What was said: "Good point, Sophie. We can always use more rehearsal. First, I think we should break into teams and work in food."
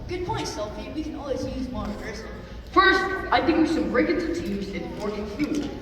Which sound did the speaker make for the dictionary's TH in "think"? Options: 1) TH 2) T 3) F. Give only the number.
1